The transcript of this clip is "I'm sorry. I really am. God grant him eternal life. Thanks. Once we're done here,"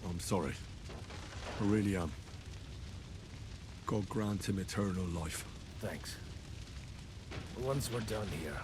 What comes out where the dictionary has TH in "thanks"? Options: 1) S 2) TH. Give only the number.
2